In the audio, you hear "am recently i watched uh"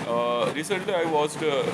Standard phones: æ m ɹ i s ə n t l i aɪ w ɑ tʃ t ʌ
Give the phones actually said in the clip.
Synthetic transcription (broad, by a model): ɹ i s ə n t l i aɪ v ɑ s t